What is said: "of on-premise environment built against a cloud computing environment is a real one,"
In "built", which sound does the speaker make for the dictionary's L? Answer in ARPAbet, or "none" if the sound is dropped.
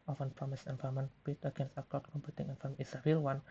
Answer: none